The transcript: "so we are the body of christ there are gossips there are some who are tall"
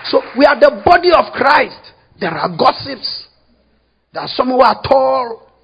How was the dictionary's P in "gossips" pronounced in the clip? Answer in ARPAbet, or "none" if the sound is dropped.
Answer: P